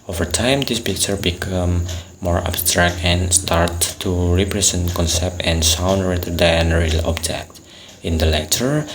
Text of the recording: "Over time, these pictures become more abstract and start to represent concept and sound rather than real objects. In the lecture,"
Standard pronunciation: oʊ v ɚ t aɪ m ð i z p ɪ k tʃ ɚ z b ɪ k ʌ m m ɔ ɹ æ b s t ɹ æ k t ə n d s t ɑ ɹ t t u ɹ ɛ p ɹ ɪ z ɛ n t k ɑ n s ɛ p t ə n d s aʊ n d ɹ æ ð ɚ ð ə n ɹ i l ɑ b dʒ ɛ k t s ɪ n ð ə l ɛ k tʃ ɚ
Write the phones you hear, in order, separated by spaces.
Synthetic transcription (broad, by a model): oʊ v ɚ t aɪ m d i s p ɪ k tʃ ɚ b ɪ k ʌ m m ɔ ɹ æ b s t ɹ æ k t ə n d s t ɑ ɹ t t u ɹ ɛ p ɹ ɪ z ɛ n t k ɑ n s ɛ p t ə n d s aʊ n d ɹ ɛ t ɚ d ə n ɹ i l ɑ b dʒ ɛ k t ɪ n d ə l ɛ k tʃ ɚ